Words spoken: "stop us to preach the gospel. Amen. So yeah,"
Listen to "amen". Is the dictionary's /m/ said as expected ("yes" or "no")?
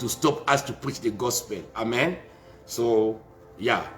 yes